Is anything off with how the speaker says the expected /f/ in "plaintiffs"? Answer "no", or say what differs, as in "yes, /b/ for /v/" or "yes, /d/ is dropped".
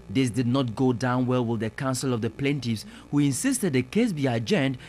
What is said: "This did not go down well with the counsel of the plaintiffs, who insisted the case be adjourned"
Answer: yes, /f/ is dropped